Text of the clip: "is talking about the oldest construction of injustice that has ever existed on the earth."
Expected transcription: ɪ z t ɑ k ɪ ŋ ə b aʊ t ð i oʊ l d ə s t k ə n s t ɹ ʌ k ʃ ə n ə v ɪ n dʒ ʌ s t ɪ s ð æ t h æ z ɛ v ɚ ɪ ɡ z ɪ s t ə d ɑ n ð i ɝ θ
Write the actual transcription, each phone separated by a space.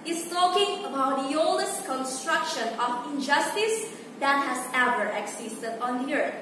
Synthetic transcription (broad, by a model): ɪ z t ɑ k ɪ ŋ ə b aʊ t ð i oʊ l d ə s t k ə n s t ɹ ʌ k ʃ ə n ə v ɪ n dʒ ʌ s t ɪ s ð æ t h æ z ɛ v ɚ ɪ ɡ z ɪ s t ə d ɑ n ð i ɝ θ